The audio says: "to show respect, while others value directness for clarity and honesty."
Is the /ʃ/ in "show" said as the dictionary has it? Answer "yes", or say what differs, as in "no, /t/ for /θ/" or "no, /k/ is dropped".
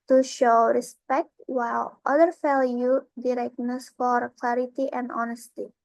yes